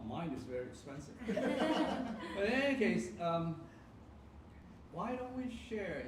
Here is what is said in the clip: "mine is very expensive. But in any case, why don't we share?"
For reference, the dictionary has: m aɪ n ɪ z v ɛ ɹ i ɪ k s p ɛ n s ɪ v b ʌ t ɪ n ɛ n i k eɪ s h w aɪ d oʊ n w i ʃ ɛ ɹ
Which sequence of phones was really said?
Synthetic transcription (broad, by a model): m aɪ n ɪ z v ɛ ɹ i ɪ k s p ɛ n s ɪ v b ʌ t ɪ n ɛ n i k eɪ s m w aɪ d oʊ n w i ʃ ɛ ɹ